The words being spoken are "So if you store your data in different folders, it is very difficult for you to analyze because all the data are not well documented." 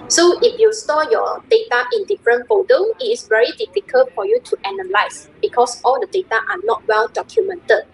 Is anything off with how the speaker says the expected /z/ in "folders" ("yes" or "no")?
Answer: yes